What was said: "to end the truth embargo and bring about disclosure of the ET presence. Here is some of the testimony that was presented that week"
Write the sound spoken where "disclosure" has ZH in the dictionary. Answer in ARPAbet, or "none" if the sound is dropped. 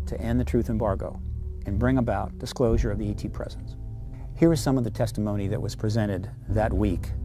ZH